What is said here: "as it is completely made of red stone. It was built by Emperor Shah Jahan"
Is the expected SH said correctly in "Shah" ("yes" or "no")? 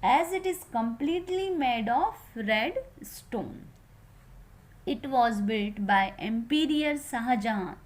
no